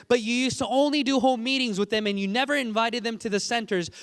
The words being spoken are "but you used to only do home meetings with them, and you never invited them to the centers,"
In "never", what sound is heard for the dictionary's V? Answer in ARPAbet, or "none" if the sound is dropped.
V